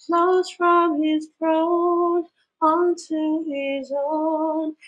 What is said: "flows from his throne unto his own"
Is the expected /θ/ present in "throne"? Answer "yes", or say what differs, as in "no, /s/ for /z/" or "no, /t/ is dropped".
no, /f/ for /θ/